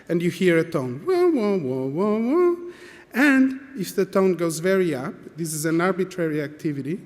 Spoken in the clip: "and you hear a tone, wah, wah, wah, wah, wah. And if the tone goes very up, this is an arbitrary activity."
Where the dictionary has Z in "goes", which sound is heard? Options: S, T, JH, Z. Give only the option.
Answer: Z